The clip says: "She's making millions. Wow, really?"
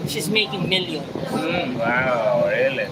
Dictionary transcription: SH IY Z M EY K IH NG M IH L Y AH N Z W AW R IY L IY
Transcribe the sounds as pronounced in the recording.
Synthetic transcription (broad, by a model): SH IY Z M EY K IH NG M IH L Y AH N W AW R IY L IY